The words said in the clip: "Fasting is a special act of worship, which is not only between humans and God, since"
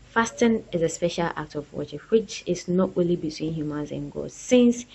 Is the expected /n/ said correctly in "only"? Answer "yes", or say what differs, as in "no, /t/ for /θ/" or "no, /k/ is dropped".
no, /n/ is dropped